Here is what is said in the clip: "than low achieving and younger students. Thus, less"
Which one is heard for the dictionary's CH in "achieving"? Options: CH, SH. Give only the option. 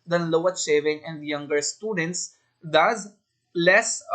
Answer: SH